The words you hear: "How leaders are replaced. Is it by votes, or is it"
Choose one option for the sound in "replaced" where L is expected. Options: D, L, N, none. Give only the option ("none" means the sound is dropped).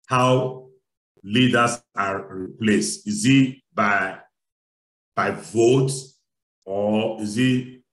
L